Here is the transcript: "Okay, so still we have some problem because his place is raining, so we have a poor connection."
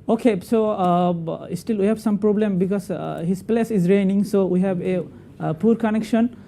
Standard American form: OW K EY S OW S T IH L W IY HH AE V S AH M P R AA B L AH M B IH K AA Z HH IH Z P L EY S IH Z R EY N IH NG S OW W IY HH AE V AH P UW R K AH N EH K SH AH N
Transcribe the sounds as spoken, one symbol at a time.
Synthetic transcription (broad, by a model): OW K EY S OW S T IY L W IY HH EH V S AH M P R AA B L AH M B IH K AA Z HH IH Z P L EY S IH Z R EY N IH NG S OW W IY HH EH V AH P UW R K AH N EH K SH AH N